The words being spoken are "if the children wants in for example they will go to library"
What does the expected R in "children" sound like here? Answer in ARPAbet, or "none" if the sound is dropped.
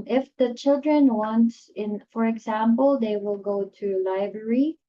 R